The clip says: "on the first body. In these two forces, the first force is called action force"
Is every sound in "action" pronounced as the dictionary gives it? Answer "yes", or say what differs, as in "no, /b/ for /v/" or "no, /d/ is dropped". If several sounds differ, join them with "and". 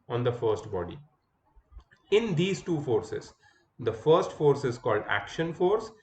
yes